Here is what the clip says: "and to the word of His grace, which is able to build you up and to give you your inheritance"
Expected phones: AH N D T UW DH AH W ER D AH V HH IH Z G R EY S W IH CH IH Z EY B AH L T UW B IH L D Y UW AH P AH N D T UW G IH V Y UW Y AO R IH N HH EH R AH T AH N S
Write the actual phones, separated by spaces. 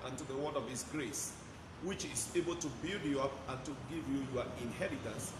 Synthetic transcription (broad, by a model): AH N T UW DH AH W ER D AH V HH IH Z G R EY S W IH CH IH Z EY B AH L T UW B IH L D Y UW AH P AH N T UW G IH V Y UW Y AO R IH N HH EH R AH T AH N S